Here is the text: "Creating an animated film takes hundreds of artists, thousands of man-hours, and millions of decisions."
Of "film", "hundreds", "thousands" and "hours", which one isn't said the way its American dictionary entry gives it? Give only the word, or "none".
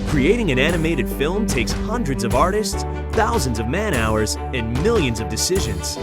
none